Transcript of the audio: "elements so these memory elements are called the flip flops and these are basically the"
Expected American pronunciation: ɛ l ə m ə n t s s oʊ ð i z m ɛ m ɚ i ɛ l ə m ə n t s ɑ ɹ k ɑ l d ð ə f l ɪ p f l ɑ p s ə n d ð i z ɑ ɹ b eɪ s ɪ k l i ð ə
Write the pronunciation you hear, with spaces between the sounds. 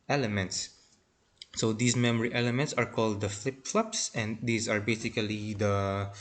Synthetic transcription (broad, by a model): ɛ l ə m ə n t s s oʊ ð i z m ɛ m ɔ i ɛ l ə m ə n t s ɑ ɹ k ɑ l d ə f l ɪ p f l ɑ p s ə n d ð i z ɑ ɹ b eɪ s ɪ k l i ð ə